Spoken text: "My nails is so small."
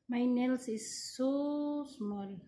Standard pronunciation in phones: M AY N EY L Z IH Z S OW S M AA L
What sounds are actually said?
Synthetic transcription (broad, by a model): M AY N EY L S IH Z S OW S M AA L